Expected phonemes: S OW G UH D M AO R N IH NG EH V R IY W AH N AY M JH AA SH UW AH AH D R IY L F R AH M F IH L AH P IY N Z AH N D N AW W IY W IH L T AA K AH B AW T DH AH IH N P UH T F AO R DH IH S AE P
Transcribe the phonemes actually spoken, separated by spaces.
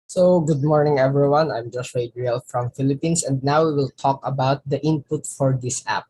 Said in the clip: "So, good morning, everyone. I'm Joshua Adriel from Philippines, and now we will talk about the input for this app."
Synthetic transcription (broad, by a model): S OW G UH D M AO R N IH NG EH V R IY W AH N AY M JH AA S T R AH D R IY L F R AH M F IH L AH P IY N S AH N D N AW W IY W IH L T AA K AH B AW T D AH IH N P UH T F AO R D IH S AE P